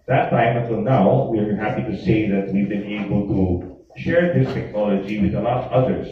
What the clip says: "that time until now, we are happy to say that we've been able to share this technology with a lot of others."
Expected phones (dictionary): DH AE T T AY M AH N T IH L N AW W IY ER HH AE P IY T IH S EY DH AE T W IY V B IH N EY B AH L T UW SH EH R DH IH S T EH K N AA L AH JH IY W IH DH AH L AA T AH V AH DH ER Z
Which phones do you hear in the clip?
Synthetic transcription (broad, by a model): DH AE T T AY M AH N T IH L N AW W IY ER HH AE P IY T IH S EY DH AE T W IY V B IH N EY B AH L T UW SH EH R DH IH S T EH K N AA L AH JH IY W IH DH AH L AA T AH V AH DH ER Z